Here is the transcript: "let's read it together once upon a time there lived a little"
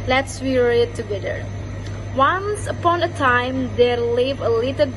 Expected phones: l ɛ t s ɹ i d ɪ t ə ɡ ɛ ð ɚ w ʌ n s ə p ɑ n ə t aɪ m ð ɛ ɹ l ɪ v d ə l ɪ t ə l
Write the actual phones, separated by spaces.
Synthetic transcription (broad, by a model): l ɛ t s w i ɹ ɪ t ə ɡ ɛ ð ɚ w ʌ n s ə p ɑ n ə t aɪ m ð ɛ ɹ l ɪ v ə l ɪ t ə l